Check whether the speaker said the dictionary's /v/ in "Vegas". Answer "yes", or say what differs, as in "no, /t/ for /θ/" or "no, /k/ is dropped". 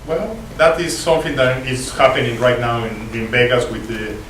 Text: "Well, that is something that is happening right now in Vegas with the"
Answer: no, /b/ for /v/